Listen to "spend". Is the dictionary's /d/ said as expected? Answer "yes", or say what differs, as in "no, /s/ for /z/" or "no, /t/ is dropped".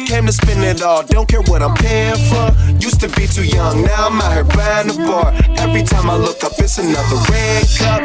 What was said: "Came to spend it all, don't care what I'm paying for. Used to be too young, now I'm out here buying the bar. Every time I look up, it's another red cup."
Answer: no, /d/ is dropped